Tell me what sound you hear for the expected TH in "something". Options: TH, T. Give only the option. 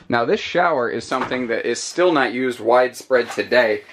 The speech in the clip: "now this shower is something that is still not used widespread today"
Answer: TH